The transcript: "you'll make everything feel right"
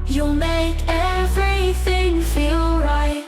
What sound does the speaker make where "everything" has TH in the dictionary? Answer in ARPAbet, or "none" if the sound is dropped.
TH